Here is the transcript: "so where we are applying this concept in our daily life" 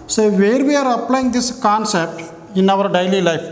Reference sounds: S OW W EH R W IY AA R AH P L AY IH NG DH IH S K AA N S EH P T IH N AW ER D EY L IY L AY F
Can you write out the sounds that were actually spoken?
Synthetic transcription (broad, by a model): S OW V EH R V IY AA R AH P L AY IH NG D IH S K AA N S EH P T IH N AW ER D EY L IY L AY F